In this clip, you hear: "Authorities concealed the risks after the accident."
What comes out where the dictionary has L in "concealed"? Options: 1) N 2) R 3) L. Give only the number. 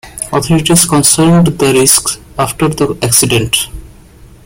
1